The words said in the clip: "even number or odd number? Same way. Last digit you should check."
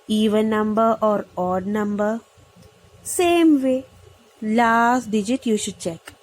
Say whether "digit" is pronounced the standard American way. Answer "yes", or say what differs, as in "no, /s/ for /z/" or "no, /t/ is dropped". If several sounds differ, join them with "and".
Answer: yes